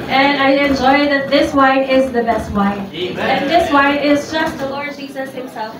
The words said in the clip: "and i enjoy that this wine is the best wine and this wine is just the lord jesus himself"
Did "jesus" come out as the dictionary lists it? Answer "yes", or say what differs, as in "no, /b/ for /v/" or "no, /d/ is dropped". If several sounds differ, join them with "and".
yes